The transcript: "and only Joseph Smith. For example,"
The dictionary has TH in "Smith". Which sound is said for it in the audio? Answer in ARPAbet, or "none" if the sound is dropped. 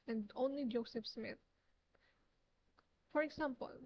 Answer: T